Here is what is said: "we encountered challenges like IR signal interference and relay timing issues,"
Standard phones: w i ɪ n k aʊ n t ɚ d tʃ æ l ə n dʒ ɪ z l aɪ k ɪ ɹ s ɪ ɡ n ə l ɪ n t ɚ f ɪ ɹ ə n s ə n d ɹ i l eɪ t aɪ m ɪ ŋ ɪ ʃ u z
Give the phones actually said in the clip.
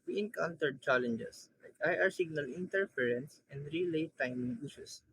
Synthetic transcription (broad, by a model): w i ɪ n k aʊ n t ɚ d tʃ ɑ l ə n dʒ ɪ s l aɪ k ɪ ɹ s ɪ ɡ n ə l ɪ n t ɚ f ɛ ɹ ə n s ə n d ɹ i l eɪ t aɪ m ɪ ŋ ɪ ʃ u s